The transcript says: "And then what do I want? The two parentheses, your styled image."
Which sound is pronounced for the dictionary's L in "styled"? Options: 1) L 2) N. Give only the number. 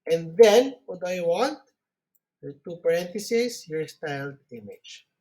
1